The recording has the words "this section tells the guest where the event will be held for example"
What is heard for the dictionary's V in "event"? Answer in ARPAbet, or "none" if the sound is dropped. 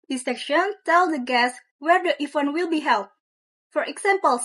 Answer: F